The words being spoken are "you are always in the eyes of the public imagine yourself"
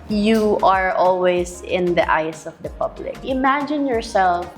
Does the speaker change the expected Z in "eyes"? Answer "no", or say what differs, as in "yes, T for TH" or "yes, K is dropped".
yes, S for Z